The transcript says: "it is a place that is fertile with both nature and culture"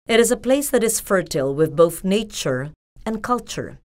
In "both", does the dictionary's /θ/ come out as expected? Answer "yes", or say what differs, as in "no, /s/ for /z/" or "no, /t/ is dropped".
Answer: yes